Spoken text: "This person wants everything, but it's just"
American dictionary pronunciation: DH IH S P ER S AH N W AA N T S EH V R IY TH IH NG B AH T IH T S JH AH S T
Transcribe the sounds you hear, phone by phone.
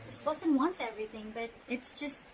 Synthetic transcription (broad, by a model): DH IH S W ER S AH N W AA N T S EH V R IY TH IH NG B AH T IH T S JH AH S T